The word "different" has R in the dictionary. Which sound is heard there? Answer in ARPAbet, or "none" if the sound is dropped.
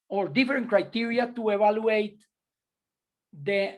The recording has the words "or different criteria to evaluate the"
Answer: none